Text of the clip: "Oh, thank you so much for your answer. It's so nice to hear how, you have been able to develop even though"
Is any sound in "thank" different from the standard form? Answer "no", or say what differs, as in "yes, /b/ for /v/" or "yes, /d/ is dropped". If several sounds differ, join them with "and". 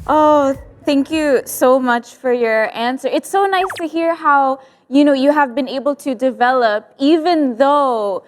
no